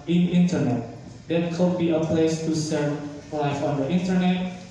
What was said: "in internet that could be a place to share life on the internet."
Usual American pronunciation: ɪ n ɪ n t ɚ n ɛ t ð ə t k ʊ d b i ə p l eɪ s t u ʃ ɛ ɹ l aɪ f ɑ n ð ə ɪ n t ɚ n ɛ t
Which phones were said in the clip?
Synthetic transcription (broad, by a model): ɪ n ɪ n t ɚ n ɛ t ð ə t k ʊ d b i ə p l eɪ s t u s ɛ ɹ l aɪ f ɑ n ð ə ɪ n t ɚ n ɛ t